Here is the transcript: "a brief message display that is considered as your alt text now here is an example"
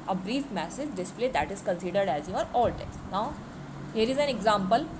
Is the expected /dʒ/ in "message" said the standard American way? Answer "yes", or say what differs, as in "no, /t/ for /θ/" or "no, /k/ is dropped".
no, /z/ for /dʒ/